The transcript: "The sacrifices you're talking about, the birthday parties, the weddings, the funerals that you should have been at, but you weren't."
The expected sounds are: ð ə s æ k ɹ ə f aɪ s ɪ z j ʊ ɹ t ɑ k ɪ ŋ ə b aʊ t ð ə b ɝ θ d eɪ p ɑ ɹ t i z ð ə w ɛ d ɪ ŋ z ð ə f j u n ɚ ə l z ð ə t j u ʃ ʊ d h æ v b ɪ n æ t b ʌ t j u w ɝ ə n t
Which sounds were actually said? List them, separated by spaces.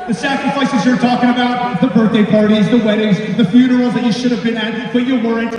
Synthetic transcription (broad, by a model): ð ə s æ k ɹ ə f aɪ s ɪ z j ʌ ɹ t ɑ k ɪ ŋ ə b aʊ t ð ə b ɝ θ d eɪ p ɑ ɹ t i z ð ə w ɛ d ɪ ŋ z ð ə f j u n ɚ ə l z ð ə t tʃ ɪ ʃ ʊ d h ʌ v b ɪ n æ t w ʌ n j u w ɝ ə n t